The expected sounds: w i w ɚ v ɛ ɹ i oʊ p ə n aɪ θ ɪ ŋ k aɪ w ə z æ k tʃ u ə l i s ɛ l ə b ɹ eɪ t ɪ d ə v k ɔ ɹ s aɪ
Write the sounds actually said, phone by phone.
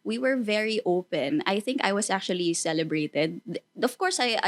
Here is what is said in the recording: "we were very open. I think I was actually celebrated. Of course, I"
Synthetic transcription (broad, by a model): w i w ɚ v ɛ ɹ i oʊ p ə n aɪ θ ɪ ŋ k aɪ w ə s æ k tʃ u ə l i s ɛ l ə b ɹ eɪ t ɪ d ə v k ɔ ɹ s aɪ